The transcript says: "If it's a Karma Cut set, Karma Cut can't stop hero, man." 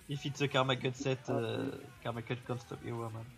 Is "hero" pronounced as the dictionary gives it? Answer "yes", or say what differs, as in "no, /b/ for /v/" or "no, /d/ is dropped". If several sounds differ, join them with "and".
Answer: no, /w/ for /ɹ/